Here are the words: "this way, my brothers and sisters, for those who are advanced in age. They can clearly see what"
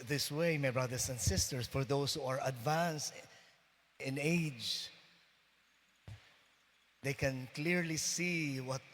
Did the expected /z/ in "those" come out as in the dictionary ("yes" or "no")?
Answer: no